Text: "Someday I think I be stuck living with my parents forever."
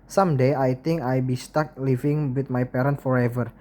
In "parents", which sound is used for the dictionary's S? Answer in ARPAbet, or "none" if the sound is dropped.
none